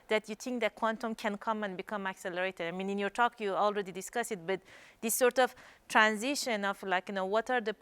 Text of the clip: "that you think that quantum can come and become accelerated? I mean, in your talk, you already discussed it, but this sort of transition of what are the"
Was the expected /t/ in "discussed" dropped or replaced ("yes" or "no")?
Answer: yes